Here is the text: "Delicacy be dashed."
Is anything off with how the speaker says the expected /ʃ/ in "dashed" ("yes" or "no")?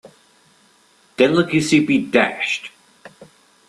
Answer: no